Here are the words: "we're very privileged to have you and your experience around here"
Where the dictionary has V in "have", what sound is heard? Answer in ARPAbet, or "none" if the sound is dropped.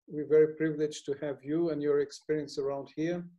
V